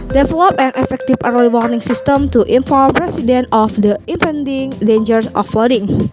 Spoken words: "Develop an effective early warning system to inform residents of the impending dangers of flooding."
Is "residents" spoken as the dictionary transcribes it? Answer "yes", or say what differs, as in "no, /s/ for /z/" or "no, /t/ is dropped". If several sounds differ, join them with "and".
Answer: no, /s/ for /z/